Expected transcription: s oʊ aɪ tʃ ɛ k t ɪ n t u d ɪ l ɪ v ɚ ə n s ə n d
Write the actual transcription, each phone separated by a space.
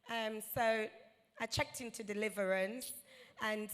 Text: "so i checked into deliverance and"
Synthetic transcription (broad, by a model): s oʊ aɪ tʃ ɛ k t ɪ n t u d ɪ l ɪ v ɚ ə n s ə n